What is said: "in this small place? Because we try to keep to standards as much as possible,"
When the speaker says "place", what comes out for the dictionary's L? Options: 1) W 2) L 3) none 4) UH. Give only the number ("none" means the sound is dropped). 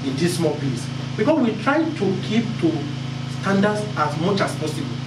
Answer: 3